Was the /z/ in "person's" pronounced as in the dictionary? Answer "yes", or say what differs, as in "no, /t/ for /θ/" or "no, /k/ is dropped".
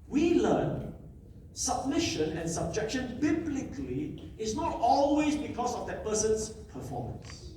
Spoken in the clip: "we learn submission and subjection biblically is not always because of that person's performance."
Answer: no, /s/ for /z/